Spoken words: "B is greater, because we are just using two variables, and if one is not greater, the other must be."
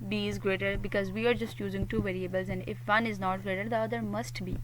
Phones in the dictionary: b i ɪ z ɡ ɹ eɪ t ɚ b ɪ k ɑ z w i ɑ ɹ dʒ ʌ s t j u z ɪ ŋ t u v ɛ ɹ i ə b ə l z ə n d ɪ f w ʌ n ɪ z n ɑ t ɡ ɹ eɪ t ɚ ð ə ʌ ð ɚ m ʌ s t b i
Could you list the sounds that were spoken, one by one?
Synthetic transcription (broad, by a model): b i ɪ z ɡ ɹ eɪ t ɚ b ɪ k ɑ z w i ɑ ɹ dʒ ʌ s t j u z ɪ ŋ t u v ɛ ɹ i ə b ə l z ə n d ɪ f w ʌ n ɪ z n ɑ t ɡ ɹ eɪ t ɚ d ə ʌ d ɚ m ʌ s t b i